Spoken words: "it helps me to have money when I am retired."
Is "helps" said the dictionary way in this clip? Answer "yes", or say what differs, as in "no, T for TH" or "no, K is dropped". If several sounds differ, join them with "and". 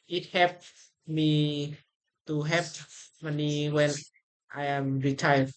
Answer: no, L is dropped and S is dropped